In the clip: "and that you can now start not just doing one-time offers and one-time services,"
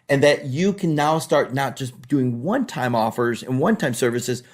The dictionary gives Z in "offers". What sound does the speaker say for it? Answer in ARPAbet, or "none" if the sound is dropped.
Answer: Z